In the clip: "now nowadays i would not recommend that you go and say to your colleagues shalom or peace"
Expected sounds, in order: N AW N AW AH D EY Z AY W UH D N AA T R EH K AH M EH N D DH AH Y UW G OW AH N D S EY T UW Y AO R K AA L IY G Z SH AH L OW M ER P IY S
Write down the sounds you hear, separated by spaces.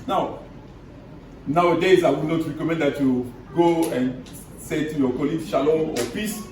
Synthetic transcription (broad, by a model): N AW N AW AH D EY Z AY W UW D N AA T R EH K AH M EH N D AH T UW G OW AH N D S EY T UW Y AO K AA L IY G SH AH L OW AO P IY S